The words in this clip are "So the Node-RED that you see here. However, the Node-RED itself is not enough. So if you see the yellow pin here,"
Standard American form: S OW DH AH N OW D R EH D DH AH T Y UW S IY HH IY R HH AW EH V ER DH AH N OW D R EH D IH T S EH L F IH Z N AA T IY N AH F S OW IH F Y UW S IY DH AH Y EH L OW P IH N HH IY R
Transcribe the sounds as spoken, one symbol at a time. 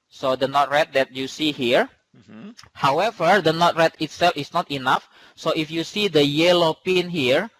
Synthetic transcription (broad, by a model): S OW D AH N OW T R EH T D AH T Y UW S IY HH IY R HH AW EH V ER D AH N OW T R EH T IH T S EH L F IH S N AA T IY N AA F S OW IH F Y UW S IY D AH Y EH L OW P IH N HH IY R